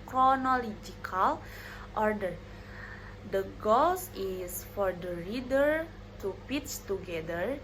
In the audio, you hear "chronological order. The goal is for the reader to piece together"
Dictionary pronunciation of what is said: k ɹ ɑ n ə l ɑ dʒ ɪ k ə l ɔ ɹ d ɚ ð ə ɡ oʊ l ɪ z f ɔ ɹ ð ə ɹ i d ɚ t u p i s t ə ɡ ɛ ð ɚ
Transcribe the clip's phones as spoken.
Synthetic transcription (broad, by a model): k ɹ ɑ n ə l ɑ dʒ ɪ k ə l ɔ ɹ d ɚ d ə ɡ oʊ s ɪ s f ɔ ɹ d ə ɹ i d ɚ t u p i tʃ t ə ɡ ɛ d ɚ